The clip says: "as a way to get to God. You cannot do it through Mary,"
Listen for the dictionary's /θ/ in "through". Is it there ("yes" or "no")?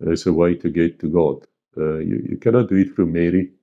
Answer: no